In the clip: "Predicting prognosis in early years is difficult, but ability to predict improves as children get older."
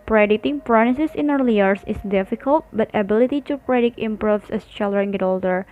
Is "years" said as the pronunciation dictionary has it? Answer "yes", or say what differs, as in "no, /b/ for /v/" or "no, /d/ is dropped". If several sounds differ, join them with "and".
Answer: no, /s/ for /z/